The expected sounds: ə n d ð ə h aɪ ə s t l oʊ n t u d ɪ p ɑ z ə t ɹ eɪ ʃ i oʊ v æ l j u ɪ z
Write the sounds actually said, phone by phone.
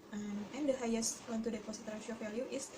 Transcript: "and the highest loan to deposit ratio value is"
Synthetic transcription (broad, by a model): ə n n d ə h aɪ ə s t w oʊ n t u d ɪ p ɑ s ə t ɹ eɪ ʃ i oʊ f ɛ l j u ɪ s